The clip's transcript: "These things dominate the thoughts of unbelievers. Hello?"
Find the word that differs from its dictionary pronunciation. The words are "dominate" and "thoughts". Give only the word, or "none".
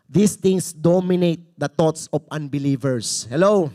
thoughts